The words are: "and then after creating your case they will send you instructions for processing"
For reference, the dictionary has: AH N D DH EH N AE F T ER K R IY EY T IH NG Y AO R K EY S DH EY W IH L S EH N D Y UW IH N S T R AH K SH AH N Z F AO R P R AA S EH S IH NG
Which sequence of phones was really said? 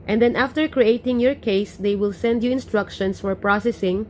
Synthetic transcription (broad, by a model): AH N D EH N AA F T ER K R IY EY T IH NG Y AO R K EY S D EY W IH L S EH N D Y UW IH N S T R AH K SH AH N S F AO R P R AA S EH S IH NG